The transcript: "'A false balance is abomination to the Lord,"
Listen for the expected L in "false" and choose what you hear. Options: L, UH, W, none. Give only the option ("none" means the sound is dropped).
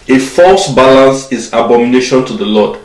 L